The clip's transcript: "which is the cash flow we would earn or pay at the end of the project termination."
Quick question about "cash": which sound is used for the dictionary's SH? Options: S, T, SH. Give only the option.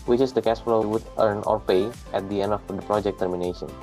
S